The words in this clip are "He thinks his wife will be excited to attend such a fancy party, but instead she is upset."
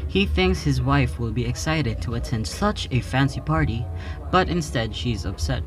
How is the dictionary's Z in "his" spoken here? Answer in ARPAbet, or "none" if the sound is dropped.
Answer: Z